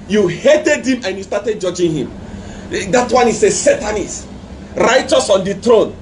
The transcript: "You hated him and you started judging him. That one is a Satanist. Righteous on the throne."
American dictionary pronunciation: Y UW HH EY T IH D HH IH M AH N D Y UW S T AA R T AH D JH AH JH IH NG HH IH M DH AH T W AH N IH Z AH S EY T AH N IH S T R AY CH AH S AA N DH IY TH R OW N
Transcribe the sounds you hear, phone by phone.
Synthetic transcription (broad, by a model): Y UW HH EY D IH D HH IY M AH N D Y UW S T AA T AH D JH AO JH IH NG HH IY M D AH T W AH N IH S AH S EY T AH N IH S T R AY CH AH S AA N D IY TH R OW N